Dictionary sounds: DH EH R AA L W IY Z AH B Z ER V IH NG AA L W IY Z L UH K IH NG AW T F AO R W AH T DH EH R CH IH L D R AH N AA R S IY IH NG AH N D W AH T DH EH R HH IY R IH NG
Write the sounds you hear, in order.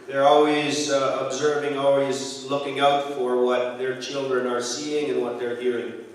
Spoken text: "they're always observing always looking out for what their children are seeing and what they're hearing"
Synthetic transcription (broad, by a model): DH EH R AA L W IY Z AH B Z ER V IH NG AA L W IY Z L UH K IH NG AW T F AO R W AH T DH EH R CH IH L D R AH N AA R S IY IH NG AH N W AH T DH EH R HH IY R IH NG